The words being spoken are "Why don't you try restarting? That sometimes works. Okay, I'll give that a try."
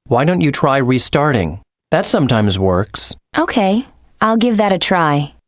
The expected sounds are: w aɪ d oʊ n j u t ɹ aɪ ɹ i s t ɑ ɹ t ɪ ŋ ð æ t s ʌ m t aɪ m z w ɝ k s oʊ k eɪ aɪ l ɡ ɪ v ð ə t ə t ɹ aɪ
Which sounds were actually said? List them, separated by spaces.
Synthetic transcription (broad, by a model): w aɪ d oʊ n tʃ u t ɹ aɪ ɹ i s t ɑ ɹ t ɪ ŋ ð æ t s ʌ m t aɪ m z w ɝ k s oʊ k eɪ aɪ l ɡ ɪ v ð ə t ə t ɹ aɪ